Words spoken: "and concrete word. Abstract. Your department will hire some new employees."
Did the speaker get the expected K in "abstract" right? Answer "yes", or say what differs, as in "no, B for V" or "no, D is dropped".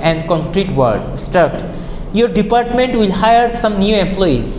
no, K is dropped